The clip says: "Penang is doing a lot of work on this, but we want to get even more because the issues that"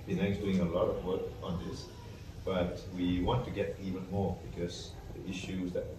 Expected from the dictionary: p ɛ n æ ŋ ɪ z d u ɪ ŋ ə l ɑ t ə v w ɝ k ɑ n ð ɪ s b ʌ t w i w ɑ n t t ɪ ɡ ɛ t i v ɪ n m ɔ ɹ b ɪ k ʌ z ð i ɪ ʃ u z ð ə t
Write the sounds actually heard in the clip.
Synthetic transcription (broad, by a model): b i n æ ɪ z d u ɪ ŋ ə l ɑ t ə v w ɝ k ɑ n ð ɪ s b ʌ t w i w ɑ n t t ɪ ɡ ɛ t i v ɪ n m ɔ ɹ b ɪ k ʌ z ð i ɪ ʃ u z ð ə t